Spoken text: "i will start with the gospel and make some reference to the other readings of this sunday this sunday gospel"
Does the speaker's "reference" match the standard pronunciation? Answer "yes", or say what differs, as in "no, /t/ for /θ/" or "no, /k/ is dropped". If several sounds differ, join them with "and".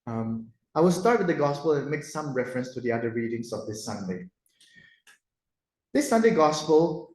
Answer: yes